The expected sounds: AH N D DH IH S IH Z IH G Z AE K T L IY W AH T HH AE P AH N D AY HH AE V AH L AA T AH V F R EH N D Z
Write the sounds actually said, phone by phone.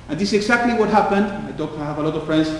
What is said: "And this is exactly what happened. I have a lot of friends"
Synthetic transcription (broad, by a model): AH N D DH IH S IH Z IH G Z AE K T L IY W AH T HH AE P AH N D AY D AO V AH L AA T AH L F R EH N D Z